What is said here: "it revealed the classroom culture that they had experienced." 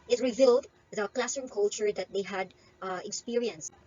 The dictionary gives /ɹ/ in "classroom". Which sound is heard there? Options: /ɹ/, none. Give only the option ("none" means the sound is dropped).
none